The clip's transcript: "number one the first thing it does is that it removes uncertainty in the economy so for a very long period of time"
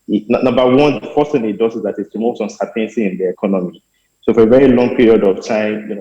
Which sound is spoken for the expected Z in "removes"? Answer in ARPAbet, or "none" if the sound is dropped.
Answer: S